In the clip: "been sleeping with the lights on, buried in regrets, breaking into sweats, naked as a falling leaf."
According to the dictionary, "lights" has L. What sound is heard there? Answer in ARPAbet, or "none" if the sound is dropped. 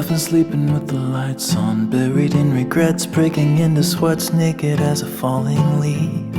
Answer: L